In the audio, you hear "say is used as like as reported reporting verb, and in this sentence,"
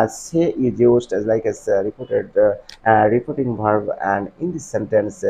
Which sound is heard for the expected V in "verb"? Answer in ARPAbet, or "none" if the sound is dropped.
B